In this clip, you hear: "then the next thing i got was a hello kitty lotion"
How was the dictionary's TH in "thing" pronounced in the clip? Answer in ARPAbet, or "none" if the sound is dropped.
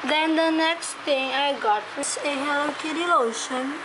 T